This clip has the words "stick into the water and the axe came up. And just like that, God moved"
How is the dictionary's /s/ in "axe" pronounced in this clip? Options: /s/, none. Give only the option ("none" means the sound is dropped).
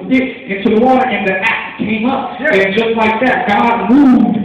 none